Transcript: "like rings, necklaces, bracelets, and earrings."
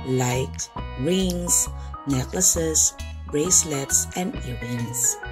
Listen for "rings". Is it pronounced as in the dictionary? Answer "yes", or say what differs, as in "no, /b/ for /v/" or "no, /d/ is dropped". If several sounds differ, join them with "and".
no, /s/ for /z/